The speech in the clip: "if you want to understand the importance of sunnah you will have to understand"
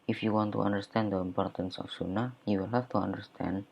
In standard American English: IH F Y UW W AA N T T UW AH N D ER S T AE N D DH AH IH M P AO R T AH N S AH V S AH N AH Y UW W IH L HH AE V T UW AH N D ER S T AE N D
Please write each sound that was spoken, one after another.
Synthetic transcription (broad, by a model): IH F Y UW W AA N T T UW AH N D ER S T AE N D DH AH IH M P AO R T AH N S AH F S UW N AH Y UW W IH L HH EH F T UW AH N D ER S T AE N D